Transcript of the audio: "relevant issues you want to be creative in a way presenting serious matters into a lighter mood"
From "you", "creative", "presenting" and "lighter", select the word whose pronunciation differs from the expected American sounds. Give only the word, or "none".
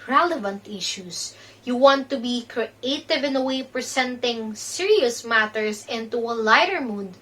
presenting